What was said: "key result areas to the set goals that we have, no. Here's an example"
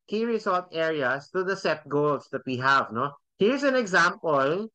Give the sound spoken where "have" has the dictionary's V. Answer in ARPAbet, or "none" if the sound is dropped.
V